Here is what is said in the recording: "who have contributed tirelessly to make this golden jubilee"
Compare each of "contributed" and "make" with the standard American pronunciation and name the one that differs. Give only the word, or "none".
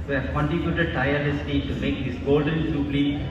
contributed